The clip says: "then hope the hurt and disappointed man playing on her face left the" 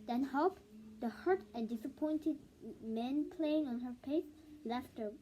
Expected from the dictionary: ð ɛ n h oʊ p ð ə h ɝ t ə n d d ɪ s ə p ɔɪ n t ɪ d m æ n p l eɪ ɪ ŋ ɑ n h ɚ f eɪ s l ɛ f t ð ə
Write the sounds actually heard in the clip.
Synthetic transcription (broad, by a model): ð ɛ n h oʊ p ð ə h ɝ t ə n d d ɪ s ə p ɔɪ n t ɪ d m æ n p l eɪ ɪ ŋ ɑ n h ɚ p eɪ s l ɛ f t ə